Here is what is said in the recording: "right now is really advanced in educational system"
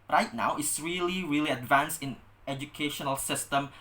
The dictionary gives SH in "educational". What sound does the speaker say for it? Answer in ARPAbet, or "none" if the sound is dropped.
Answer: SH